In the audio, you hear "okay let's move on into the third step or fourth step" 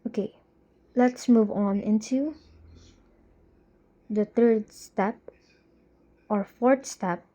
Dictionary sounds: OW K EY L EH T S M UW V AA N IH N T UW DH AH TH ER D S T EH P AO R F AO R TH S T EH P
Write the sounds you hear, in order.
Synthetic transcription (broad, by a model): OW K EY L EH T S M UW V AA N IH N T UW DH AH T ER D S T EH P AO R F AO R T S T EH P